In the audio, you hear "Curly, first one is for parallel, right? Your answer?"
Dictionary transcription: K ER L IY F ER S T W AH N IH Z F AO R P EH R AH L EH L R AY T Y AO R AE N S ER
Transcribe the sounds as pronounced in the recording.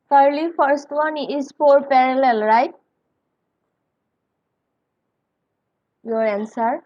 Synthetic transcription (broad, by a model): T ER L IY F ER S T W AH N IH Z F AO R P EH R AH L EH L R AY T Y AO R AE N S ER